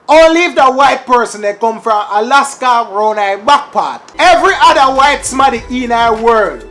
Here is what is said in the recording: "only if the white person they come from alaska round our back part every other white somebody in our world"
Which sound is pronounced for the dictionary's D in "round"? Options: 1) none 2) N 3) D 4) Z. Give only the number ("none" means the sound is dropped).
1